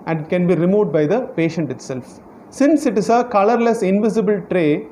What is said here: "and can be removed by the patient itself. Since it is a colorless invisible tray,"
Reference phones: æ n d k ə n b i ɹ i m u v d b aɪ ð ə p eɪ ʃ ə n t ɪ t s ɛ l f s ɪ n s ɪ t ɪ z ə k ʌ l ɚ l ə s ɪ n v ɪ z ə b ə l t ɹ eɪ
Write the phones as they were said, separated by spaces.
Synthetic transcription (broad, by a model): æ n d k ə n b i ɹ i m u d b aɪ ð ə p eɪ ʃ ə n t ɪ t s ɛ l f s ɪ n s ɪ t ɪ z ə k ʌ l ɚ l ə s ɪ n v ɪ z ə b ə l t ɹ eɪ